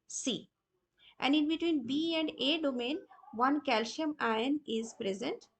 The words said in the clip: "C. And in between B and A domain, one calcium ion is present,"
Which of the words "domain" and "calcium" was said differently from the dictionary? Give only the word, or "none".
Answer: calcium